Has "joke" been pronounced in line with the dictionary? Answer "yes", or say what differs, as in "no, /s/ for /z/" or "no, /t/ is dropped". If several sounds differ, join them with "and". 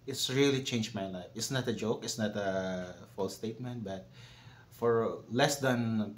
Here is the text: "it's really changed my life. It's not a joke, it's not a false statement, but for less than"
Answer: yes